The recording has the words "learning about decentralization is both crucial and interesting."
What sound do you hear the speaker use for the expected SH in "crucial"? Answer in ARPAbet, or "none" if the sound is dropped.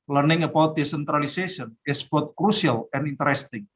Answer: S